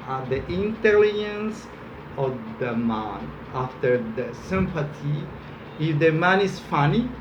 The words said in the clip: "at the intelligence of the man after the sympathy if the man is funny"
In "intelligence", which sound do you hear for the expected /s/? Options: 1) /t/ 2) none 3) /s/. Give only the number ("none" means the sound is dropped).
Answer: 3